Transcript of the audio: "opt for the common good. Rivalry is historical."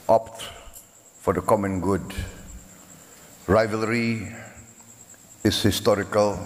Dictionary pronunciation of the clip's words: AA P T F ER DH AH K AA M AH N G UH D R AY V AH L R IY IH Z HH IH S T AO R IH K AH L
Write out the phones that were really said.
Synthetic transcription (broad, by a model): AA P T F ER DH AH K AA M AH N G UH D R AY V AH L R IY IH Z HH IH S T AO R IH K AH L